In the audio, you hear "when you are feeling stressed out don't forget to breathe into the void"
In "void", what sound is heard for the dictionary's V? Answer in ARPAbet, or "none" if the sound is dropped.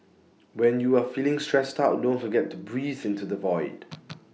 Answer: V